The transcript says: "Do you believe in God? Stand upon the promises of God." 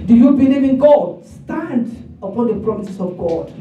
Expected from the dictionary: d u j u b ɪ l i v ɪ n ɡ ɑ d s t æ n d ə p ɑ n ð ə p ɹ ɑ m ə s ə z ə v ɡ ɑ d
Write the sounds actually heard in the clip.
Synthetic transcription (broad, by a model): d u j u b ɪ n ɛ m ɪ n ɡ ɑ d s t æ n d ə p ɑ n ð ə p ɹ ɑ m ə s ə s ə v ɡ ɑ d